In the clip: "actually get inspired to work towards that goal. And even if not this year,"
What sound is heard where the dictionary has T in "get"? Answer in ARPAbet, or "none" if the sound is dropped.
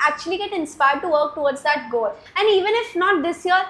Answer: T